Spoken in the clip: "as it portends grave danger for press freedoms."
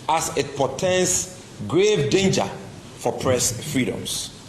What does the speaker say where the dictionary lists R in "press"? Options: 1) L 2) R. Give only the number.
2